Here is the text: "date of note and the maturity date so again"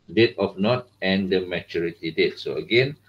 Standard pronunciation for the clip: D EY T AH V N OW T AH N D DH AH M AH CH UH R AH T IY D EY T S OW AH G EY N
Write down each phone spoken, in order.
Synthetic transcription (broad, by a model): D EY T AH F N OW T AH N D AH M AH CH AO R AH T IY D EY T S OW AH G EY N